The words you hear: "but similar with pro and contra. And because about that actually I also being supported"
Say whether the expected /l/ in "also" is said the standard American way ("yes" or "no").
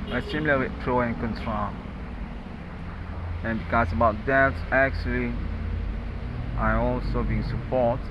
yes